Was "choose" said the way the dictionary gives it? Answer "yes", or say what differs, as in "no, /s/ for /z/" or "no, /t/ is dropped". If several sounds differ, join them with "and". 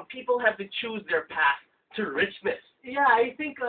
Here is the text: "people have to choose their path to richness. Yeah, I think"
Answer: yes